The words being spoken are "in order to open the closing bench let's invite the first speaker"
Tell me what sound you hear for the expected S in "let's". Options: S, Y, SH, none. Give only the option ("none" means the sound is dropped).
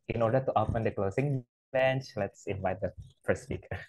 S